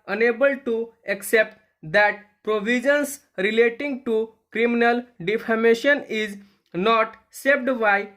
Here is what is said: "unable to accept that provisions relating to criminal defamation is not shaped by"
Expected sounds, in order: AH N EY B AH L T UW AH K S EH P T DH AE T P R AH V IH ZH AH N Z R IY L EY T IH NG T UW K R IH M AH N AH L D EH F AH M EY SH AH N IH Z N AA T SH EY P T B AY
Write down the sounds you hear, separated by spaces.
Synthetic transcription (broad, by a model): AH N EY B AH L T UW AH K S EH P T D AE T P R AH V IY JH AH N S R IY L EY T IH NG T UW K R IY M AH N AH L D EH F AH M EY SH AH N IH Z N AA T S EY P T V AY